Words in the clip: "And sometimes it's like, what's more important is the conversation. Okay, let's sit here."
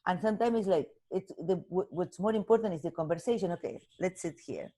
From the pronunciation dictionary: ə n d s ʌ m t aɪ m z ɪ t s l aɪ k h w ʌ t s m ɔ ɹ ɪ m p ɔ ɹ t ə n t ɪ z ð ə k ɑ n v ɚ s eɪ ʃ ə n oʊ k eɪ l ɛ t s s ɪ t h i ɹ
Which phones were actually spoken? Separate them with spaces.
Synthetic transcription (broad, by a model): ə n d s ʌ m t aɪ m ɪ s l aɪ k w w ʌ t s m ɔ ɹ ɪ m p ɔ ɹ t ə n t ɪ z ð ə k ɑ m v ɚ s eɪ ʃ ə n oʊ k eɪ l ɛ t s s ɪ t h i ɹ